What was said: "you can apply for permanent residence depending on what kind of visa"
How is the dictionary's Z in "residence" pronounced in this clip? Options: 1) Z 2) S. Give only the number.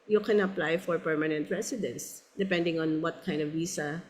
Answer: 2